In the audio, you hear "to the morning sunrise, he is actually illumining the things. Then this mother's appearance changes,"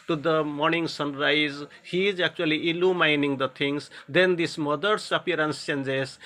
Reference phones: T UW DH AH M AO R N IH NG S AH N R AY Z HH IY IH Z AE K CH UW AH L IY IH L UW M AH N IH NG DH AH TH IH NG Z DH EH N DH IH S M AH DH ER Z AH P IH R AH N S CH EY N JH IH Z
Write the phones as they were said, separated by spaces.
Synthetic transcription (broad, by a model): T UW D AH M AO R N IH NG S AH N R AY Z HH IY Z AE K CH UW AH L IY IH L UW M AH N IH NG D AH T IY NG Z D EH N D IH S M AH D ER S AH P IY R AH N S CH EY N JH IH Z